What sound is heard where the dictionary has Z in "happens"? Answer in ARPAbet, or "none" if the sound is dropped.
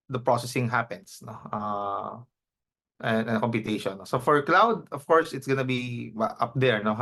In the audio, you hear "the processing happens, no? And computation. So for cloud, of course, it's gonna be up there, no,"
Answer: S